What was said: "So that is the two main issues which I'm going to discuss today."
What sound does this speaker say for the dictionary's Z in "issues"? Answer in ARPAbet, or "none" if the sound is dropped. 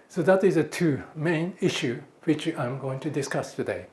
none